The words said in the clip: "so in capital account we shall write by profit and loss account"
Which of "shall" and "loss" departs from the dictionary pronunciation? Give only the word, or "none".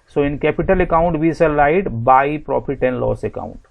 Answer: shall